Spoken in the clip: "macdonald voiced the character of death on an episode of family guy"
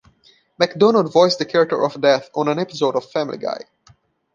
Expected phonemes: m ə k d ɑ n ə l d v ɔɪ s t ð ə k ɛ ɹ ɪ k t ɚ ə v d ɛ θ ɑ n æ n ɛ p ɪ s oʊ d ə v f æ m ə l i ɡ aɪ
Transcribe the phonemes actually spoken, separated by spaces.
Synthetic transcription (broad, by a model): m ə k d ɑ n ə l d v ɔɪ s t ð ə k ɛ ɹ ɪ k t ɚ ə v d ɛ θ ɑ n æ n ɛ p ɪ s oʊ d ə v f æ m ə l i ɡ aɪ